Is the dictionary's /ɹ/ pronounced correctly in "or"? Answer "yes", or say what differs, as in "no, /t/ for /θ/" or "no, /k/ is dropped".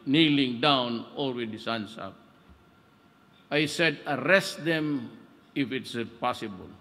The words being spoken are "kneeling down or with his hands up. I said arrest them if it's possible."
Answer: no, /l/ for /ɹ/